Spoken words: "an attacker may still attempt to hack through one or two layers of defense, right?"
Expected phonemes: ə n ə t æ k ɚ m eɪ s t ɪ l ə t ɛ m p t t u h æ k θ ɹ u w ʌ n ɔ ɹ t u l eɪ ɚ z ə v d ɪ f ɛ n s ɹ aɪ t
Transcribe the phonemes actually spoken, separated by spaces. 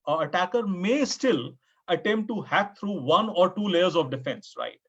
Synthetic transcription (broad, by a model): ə ə t æ k ɚ m eɪ s t ɪ l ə t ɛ m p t t u h æ k t ɹ u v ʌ n ɔ ɹ t u l eɪ ɚ z ə v d ɪ f ɛ n s ɹ aɪ t